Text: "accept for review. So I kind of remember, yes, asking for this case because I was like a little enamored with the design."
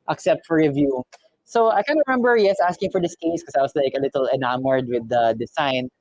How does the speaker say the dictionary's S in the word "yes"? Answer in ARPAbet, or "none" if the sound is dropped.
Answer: S